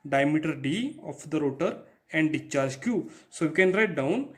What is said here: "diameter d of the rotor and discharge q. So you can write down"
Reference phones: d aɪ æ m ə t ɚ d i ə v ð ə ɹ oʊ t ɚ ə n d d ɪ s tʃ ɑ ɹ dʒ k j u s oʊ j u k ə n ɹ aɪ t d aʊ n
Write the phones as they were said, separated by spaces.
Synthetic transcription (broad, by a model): d aɪ m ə t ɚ d i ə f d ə ɹ oʊ t ɚ ə n d d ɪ tʃ ɑ ɹ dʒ k j u s oʊ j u k ə n ɹ aɪ t d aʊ n